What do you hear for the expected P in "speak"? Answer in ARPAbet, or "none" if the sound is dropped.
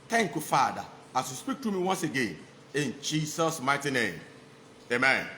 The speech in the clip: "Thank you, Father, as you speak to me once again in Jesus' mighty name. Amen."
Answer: P